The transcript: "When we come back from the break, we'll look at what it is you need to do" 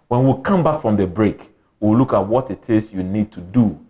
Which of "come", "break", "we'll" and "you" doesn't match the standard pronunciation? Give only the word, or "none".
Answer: we'll